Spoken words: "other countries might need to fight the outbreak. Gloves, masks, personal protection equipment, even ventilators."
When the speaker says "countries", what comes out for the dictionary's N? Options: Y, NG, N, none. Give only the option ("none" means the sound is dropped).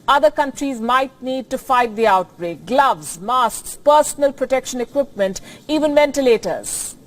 N